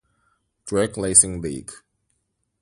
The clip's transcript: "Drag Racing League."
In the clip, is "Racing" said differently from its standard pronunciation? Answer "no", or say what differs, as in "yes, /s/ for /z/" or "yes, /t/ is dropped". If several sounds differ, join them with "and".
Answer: yes, /l/ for /ɹ/